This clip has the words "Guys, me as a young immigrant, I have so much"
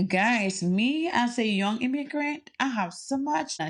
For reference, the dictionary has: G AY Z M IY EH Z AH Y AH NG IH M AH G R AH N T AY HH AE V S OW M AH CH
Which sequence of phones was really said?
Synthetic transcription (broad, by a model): G AY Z M IY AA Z AH Y AH NG IH M AH G R AH N T AY HH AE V S OW M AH CH